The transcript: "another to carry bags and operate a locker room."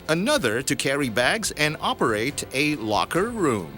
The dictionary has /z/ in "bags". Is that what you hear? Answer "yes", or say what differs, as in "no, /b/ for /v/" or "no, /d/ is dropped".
yes